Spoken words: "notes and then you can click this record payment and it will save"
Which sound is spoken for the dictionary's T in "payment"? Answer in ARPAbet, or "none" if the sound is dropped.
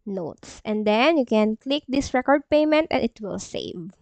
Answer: T